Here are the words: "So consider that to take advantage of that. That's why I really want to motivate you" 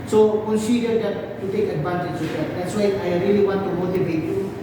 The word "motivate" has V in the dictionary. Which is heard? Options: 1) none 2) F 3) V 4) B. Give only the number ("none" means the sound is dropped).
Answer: 4